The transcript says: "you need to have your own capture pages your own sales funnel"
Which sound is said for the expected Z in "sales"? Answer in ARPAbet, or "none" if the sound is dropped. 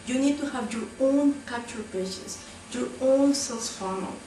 S